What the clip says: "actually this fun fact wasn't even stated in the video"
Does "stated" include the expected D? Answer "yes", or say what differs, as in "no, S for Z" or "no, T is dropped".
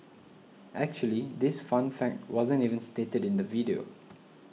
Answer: yes